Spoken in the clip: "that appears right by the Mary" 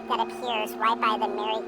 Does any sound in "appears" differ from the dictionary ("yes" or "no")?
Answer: no